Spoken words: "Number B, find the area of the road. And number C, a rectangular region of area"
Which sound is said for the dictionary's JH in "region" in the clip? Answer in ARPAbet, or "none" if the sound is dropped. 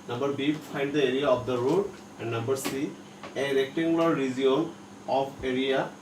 none